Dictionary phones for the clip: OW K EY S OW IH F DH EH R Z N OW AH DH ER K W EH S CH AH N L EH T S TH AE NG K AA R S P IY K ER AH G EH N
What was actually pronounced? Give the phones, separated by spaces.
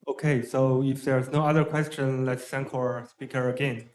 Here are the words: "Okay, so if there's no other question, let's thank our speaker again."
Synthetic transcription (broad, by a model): OW K EY S OW IH F DH EH R Z N OW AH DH ER K W EH S CH AH N L EH T S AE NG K AA R S P IY K ER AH G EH N